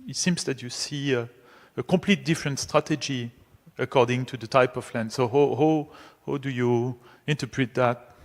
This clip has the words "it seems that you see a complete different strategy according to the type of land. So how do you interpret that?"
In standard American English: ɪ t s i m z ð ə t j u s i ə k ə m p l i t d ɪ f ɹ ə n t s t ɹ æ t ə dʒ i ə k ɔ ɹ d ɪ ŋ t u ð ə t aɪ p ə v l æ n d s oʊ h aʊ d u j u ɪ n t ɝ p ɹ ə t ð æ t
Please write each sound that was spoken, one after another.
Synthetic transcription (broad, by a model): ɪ t s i m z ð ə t j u s i ə k ə m p l i t d ɪ f ɹ ə n t s t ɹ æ t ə dʒ i ə k ɔ ɹ d ɪ ŋ t u ð ə t aɪ p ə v l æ n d s oʊ h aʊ d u j u ɪ n t ɝ p ɹ ə t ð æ t